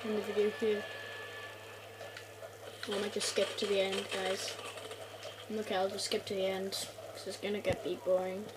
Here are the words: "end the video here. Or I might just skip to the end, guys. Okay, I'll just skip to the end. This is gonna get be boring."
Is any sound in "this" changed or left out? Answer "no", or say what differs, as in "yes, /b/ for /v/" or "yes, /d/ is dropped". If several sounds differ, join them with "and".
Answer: yes, /s/ is dropped